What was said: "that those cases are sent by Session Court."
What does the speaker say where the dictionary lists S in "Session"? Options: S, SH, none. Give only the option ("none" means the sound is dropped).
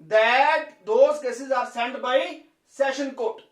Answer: S